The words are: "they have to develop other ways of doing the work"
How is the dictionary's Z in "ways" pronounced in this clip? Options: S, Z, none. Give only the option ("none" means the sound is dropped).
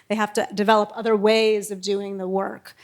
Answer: Z